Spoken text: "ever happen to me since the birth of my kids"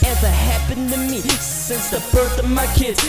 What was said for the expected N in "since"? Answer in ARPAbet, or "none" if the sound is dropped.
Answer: N